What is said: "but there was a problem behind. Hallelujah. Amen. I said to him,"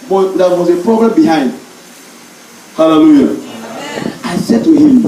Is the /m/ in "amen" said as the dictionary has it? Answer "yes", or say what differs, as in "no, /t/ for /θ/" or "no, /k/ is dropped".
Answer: no, /m/ is dropped